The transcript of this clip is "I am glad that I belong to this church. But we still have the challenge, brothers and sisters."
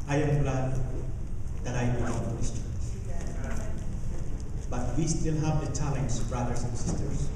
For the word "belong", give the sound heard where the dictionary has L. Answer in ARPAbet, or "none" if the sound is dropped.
none